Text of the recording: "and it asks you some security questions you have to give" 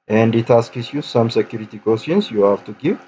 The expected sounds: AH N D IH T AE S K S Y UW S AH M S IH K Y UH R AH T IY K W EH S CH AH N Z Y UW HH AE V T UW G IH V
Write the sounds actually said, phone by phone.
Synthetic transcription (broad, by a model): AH N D IH T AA S K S Y UW S AH M S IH K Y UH R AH T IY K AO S AH N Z Y UW HH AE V T UW G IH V